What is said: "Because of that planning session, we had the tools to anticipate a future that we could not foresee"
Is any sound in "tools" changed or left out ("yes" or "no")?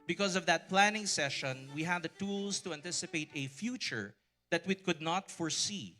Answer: yes